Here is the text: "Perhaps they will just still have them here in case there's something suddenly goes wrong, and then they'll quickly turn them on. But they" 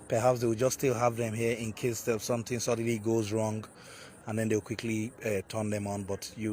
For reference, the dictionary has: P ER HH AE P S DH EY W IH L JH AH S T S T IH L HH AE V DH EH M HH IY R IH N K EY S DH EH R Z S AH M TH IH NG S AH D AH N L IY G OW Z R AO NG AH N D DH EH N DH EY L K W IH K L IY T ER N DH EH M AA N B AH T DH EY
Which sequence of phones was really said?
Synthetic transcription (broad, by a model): P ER HH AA P S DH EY W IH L JH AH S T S T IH L HH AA V DH EH M HH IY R IH N K EY S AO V S AH M TH IH NG S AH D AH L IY G OW Z R AO NG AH N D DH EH N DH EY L K W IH K L IY T ER N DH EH M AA N B AH T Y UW